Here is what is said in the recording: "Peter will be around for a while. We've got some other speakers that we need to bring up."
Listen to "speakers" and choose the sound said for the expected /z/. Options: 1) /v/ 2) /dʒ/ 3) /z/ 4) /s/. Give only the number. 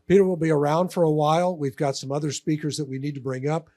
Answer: 3